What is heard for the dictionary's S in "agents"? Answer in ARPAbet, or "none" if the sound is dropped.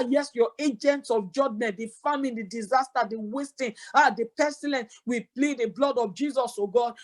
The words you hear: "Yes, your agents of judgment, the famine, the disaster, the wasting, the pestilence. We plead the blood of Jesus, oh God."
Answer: S